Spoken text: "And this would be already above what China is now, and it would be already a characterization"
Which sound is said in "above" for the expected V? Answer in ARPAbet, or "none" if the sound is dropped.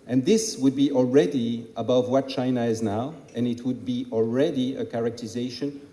V